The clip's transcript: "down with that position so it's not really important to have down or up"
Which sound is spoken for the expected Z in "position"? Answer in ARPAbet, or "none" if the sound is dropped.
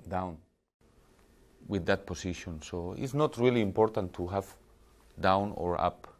S